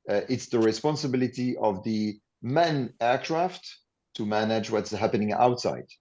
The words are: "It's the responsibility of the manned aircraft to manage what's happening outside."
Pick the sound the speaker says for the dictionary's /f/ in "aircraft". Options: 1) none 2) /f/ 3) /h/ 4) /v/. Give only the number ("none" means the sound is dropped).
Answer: 2